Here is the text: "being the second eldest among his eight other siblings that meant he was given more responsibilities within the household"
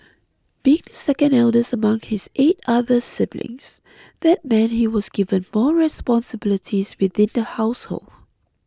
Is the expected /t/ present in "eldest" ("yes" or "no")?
no